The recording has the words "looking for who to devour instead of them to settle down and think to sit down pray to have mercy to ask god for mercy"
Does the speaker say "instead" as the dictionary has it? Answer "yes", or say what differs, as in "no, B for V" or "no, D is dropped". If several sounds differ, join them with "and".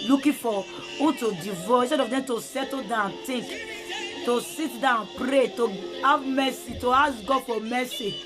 no, N is dropped